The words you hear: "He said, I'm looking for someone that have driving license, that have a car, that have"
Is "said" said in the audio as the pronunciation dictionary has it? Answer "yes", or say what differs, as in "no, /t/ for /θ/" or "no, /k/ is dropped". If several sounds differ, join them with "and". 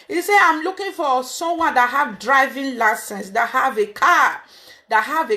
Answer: no, /d/ is dropped